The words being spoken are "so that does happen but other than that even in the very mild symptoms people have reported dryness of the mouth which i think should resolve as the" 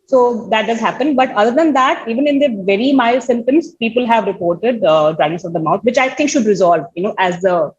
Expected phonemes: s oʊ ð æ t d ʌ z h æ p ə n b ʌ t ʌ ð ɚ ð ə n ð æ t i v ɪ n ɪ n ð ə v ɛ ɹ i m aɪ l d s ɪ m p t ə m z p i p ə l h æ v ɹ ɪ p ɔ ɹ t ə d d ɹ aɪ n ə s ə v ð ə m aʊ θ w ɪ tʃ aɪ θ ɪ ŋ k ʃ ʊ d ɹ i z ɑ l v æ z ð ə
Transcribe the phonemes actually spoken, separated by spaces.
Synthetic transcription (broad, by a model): s oʊ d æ t d ʌ z h æ p ə n b ʌ t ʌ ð ɚ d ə n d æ t i v ɪ n ɪ n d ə v ɛ ɹ i m aɪ l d s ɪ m t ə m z p i p ə l h æ v ɹ ɪ p ɔ ɹ t ə d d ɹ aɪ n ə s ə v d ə m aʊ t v ɪ tʃ aɪ t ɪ ŋ k ʃ ʊ d ɹ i z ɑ l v æ z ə